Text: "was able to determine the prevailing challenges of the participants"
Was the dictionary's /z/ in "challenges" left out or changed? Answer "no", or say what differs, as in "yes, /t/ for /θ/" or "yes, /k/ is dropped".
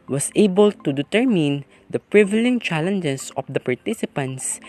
yes, /s/ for /z/